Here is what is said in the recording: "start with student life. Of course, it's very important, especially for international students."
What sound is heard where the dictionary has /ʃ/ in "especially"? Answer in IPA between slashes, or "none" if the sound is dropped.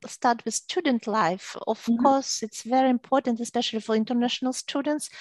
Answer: /ʃ/